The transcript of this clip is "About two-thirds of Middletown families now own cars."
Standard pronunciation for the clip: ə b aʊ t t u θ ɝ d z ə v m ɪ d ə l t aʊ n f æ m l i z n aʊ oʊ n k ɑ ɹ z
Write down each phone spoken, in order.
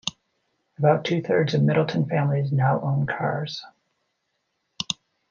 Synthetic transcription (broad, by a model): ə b aʊ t t u θ ɝ d z ə v m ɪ d l t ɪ n f æ m l i z n aʊ oʊ n k ɑ ɹ z